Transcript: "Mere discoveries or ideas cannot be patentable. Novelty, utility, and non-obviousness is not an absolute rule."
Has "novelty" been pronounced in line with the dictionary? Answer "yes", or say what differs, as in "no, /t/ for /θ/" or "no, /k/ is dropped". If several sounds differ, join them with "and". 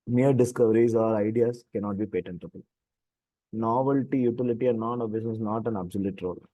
yes